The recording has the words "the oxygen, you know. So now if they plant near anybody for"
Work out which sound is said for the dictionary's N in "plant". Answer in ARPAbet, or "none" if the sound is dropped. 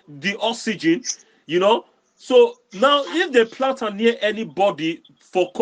none